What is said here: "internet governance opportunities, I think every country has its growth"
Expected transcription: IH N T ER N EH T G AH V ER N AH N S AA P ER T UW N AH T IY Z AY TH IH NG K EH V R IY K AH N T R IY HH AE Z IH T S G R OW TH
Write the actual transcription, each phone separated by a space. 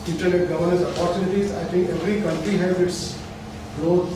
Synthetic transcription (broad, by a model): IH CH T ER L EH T G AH V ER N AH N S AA P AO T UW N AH T IY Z AY T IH NG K EH V R IY K AH N T R IY HH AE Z IH T S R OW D